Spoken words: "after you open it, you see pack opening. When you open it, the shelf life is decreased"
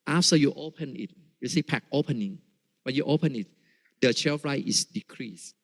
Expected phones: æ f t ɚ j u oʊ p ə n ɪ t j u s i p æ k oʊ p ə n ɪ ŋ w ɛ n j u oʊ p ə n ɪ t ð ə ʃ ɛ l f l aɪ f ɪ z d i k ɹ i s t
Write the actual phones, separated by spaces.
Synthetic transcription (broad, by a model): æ f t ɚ j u oʊ p ə n ɪ t j u s i p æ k oʊ p ə n ɪ ŋ w ɛ n j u oʊ p ə n ɪ t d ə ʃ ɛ f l aɪ ɪ s d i k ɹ i s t